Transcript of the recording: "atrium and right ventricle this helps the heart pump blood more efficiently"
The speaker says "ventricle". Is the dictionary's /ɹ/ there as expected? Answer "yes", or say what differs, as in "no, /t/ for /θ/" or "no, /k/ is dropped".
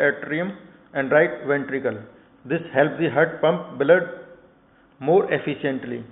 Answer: yes